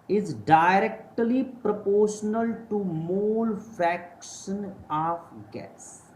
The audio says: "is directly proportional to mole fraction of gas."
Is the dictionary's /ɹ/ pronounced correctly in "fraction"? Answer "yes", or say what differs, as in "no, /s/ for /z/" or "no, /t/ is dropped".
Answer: no, /ɹ/ is dropped